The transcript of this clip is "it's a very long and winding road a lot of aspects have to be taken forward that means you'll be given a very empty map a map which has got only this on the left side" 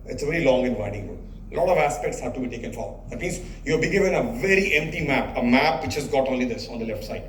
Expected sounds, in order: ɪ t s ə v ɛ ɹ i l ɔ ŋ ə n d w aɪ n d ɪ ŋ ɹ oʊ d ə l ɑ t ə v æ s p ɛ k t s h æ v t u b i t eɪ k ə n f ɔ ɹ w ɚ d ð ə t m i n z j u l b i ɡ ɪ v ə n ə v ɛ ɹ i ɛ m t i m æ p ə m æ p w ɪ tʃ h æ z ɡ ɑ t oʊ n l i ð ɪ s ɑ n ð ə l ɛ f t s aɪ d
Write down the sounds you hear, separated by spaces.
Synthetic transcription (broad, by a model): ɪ t s ə v ɛ ɹ i l ɔ ŋ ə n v aɪ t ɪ ŋ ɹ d ə l ɑ t ə v æ s p ɛ k t s h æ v t u b i t eɪ k ə n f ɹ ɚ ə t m i n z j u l b i ɡ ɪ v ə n ə v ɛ ɹ i ɛ m t i m æ p ə m æ p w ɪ tʃ h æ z ɡ ɑ t oʊ n l i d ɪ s ɑ n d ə l ɛ f t s aɪ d